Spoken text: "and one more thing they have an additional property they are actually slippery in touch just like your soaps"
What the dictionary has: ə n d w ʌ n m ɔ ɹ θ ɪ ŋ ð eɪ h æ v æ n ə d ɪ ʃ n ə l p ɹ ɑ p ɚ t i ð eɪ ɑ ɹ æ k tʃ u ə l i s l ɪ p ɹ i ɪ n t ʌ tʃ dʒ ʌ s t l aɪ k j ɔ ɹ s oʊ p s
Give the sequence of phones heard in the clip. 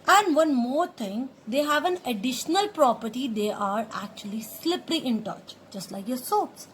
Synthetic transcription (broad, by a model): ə n d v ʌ n m ɔ ɹ t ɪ ŋ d eɪ h æ v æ n ə d ɪ ʃ n ə l p ɹ ɑ p ɚ t i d eɪ ɑ ɹ æ k tʃ u ə l i s l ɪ p l i ɪ n t ʌ tʃ dʒ ʌ s t l aɪ k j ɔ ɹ s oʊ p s